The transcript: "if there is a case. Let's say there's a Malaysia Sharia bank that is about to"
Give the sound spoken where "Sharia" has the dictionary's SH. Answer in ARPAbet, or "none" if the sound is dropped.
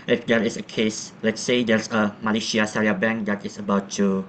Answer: S